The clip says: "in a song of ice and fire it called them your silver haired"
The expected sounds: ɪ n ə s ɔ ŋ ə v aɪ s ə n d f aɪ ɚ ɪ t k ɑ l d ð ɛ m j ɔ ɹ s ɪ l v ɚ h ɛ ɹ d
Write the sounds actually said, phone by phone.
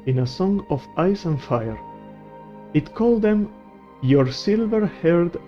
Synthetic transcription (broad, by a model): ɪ n ə s ɔ ŋ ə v aɪ s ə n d f aɪ ɚ ɪ t k ɑ l d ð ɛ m j ɔ ɹ s ɪ l v ɚ h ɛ ɹ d